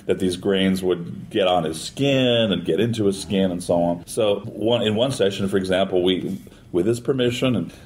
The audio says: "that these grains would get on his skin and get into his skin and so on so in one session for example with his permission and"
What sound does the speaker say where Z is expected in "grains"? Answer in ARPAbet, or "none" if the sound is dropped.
Z